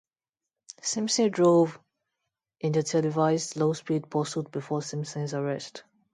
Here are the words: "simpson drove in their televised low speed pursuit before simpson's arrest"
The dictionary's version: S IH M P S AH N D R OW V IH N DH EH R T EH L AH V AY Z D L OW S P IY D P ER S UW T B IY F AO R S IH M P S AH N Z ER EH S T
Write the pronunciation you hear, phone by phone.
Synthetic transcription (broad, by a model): S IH M S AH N D R OW V IH N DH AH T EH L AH V AY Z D L OW S P IY D P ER S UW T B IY F AO S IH M S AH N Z ER EH S T